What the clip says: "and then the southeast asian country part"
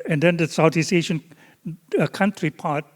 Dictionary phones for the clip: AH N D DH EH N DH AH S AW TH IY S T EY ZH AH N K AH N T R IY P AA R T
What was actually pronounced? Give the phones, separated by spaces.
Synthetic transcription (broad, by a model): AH N D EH N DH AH S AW T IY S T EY SH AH N K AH N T R IY P AA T